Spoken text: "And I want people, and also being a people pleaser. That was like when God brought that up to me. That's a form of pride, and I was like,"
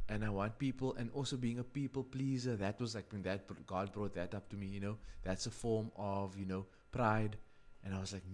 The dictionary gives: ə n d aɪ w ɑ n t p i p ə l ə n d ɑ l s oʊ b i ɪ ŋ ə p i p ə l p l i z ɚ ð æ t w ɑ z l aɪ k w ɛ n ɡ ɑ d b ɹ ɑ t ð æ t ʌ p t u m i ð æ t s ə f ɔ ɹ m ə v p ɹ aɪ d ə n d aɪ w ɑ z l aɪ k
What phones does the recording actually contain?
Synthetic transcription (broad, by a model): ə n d aɪ w ɑ n t p i p ə l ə n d ɑ l s oʊ b i ɪ ŋ ə p i p ə l p l i z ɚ ð æ t w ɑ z l aɪ k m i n ɡ ɑ d b ɹ ɑ t ð æ t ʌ p t u m i ð æ t s ə f ɔ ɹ m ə v p ɹ aɪ d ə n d aɪ w ɑ z l aɪ k